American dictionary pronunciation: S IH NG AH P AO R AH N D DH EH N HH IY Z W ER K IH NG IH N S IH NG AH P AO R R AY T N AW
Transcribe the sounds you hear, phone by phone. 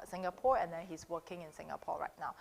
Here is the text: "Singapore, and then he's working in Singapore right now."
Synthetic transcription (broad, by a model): S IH NG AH P AO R AH N D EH N HH IY S W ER K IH NG IH N S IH NG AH P AO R R AY T N AW